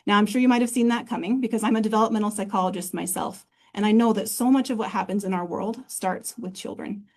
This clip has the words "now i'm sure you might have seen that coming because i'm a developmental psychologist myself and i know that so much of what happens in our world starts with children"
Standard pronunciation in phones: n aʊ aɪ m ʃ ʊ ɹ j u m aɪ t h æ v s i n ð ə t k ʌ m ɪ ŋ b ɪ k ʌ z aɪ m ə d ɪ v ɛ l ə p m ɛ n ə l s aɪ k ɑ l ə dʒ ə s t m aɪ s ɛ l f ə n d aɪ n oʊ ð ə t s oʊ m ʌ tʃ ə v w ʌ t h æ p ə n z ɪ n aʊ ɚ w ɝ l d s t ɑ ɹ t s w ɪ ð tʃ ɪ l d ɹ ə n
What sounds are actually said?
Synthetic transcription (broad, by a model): n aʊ aɪ m ʃ ʊ ɹ j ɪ m aɪ t h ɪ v s i n ð ə t k ʌ m ɪ ŋ b ɪ k ʌ z aɪ m ə d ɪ v ɛ l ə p m ɛ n l s aɪ k ɑ l ə dʒ ə s t m aɪ s ɛ l f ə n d aɪ n oʊ ð ə t s oʊ m ʌ tʃ ə v w ʌ t h æ p ə n z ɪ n aʊ ɚ w ɝ l d s t ɑ ɹ t s w ɪ ð tʃ ɪ l d ɹ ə n